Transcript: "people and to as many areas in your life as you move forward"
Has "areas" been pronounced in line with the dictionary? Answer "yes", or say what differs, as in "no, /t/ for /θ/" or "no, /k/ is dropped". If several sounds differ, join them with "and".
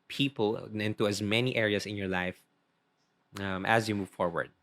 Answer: no, /s/ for /z/